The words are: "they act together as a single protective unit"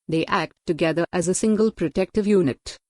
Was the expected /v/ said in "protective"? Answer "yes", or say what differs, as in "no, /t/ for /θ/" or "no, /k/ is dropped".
yes